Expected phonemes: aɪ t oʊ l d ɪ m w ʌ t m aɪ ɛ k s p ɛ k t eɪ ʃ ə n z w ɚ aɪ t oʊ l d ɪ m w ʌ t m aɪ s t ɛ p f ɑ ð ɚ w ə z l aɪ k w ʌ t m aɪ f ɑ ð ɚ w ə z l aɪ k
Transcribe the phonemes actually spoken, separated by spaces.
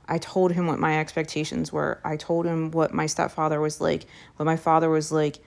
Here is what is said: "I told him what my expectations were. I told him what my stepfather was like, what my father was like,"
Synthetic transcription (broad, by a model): aɪ t oʊ l d ɪ m w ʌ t m aɪ ɛ k s p ɛ k t eɪ ʃ ə n z w ɚ aɪ t oʊ l d ɪ m w ʌ t m aɪ s t ɛ p f ɑ ð ɚ w ə z l aɪ k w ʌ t m aɪ f ɑ ð ɚ w ə z l aɪ k